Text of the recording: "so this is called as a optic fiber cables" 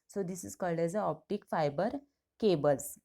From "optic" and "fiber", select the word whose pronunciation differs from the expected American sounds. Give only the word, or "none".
none